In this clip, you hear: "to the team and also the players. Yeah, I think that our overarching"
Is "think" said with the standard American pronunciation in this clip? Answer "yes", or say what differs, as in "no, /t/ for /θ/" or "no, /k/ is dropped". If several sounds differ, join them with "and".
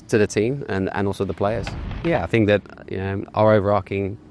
yes